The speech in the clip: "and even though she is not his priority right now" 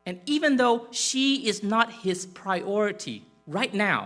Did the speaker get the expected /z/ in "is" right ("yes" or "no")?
yes